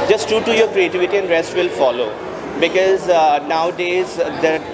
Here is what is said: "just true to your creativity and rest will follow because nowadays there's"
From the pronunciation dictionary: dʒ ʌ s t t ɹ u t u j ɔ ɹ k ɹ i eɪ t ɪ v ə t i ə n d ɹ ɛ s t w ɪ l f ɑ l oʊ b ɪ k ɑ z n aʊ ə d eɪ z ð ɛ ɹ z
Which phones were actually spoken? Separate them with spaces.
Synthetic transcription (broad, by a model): dʒ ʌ s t t u t u j ɔ ɹ k ɹ i eɪ t ɪ v ə t i ə n d ɹ ɛ s t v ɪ l f ɑ l oʊ b ɪ k ɑ z n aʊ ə d eɪ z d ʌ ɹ